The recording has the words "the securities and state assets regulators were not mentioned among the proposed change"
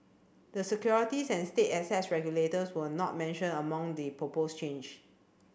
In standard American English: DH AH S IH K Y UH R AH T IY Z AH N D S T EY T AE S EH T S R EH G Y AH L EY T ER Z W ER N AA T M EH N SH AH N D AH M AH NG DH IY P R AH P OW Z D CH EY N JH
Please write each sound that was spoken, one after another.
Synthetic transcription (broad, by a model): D AH S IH K Y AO R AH T IY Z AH N S T EY T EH S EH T S R EH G Y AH L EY T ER S W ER N AA T M EH N SH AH N AH M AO NG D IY P R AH P OW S CH EY N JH